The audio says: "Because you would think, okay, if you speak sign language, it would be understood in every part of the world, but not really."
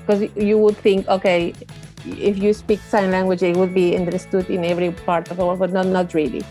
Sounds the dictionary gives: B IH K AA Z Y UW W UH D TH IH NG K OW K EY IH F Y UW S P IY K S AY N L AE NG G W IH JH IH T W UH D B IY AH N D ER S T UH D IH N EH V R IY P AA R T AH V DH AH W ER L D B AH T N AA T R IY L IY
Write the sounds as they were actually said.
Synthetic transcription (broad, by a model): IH K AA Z Y UW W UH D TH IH NG K OW K EY IH F Y UW S P IY K S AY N L AE NG G W IH JH IH T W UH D B IY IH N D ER S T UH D IH N EH V R IY P AA R T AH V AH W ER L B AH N N AA T R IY L IY